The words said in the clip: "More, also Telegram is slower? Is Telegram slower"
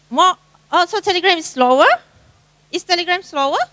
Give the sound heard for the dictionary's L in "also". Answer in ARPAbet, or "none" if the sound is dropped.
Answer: none